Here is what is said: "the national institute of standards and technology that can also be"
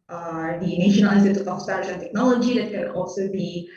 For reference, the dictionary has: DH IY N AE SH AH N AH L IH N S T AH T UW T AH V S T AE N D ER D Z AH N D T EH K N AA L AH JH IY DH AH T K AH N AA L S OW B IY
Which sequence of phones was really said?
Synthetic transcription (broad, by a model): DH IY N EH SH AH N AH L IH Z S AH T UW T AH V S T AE D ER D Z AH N T EH K N AA L AH JH IY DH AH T K AH N AA L S OW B IY